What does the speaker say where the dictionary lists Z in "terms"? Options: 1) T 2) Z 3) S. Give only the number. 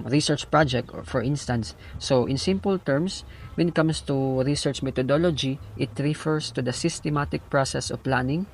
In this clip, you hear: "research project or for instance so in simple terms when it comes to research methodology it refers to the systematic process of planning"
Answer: 3